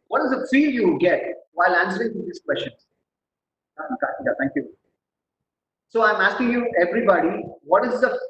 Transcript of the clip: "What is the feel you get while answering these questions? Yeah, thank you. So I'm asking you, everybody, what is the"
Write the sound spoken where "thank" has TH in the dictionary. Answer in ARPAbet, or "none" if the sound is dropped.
T